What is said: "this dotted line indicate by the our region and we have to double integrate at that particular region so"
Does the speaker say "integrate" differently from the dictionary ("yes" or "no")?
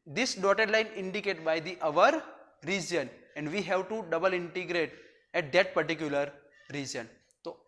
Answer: no